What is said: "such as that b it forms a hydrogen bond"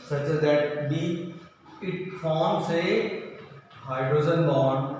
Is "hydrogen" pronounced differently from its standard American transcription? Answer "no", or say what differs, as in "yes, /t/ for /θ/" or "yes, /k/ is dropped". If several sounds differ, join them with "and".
yes, /z/ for /dʒ/